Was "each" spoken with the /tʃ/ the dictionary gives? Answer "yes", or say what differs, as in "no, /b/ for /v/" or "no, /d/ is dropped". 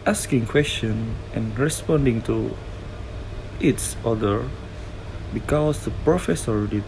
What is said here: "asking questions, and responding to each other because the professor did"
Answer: no, /s/ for /tʃ/